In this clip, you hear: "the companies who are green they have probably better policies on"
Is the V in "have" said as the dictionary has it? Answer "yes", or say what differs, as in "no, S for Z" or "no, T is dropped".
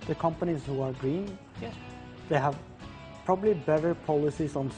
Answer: yes